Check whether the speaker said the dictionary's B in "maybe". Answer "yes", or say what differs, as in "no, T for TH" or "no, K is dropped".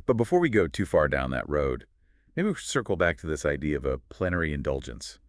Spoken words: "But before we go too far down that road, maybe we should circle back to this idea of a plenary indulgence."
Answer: no, B is dropped